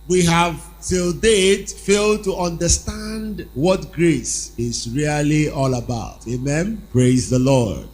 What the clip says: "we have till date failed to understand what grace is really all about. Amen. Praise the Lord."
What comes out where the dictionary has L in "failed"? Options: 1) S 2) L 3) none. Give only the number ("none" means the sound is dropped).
2